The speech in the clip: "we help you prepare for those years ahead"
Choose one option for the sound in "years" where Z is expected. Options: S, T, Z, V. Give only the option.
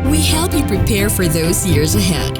Z